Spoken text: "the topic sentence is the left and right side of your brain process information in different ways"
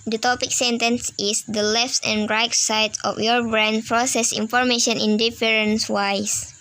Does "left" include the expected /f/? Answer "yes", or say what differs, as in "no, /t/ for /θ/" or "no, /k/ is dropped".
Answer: yes